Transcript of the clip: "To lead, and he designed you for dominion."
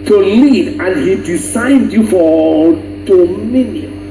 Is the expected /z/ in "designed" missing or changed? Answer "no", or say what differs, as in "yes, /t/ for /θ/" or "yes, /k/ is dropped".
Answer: yes, /s/ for /z/